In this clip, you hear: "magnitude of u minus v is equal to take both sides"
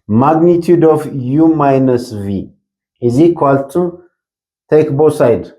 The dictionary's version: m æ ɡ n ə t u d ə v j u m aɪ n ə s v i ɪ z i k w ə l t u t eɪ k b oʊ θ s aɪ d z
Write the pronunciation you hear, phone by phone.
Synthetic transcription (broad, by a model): m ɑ ɡ n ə t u d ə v j u m aɪ n ə s v i ɪ z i k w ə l t u t eɪ k b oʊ s aɪ d